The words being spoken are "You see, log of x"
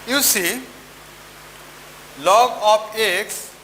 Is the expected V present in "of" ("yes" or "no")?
no